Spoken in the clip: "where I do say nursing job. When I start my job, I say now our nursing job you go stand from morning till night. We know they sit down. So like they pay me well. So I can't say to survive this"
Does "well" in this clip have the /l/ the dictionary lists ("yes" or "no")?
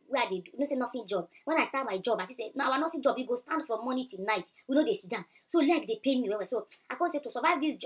no